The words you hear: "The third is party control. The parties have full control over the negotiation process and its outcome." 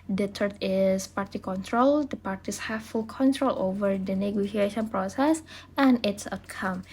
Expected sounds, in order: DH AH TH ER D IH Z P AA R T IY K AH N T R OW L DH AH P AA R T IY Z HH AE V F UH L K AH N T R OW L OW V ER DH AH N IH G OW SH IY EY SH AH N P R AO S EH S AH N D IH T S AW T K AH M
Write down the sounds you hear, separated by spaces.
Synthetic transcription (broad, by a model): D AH T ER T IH S P AA R T IY K AH N T R OW L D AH P AA R T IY S HH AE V F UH L K AH N T R OW L OW V ER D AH N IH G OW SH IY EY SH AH N P R AO S EH S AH N IH T S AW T K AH M